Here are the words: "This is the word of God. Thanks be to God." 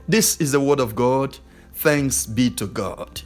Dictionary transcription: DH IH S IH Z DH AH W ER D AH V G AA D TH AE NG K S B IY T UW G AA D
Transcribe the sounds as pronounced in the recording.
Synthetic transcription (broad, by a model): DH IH S IH Z DH AH W ER D AH V G AA D TH AE NG K S B IY T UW G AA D